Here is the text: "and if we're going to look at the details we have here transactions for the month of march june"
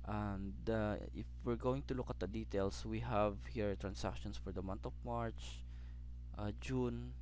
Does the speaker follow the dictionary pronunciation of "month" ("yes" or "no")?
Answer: no